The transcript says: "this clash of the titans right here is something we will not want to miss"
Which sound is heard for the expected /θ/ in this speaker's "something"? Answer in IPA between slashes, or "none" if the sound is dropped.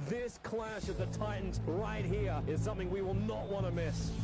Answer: /θ/